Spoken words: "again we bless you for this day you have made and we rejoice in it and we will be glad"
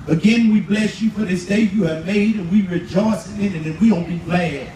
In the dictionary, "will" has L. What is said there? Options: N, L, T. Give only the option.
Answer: N